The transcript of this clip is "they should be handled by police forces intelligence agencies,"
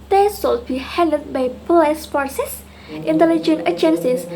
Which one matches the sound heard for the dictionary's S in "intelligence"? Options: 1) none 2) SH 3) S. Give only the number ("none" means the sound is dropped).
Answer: 1